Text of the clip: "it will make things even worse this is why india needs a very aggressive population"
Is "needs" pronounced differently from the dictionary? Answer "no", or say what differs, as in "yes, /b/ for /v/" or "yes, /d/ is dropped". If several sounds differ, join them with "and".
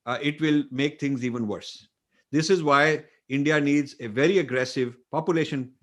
no